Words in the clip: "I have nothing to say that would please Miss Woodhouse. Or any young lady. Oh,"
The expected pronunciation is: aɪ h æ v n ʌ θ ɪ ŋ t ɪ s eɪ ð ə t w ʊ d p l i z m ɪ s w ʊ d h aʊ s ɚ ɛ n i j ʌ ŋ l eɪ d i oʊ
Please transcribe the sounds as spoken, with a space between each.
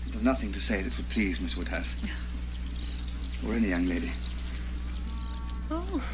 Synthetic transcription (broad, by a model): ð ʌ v n ʌ θ ɪ ŋ t ɪ s eɪ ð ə t w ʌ d p l i z m ɪ s w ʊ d h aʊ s ɚ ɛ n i j ʌ ŋ l eɪ d i oʊ